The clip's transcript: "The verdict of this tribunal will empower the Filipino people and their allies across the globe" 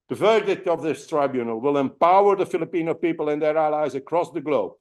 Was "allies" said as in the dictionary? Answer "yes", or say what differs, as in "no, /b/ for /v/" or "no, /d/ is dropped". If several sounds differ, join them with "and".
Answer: yes